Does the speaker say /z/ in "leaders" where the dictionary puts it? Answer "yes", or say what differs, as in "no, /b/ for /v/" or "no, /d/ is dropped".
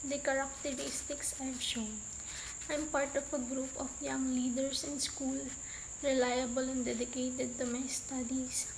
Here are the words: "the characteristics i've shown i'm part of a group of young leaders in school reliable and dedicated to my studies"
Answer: no, /s/ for /z/